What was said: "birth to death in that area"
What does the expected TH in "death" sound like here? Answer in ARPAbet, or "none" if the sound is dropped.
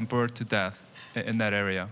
TH